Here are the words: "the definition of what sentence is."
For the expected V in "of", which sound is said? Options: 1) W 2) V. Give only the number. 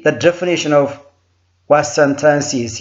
2